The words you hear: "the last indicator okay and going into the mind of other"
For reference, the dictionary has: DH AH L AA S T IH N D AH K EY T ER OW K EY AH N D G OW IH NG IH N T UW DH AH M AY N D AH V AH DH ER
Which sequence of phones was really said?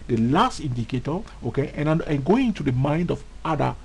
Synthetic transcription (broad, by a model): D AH L AA S T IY N D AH K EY T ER OW K EY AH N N G OW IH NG IH N T UW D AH M AY N D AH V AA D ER